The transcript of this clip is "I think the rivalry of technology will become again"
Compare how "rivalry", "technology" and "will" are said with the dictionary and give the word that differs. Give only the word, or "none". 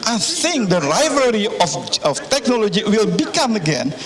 rivalry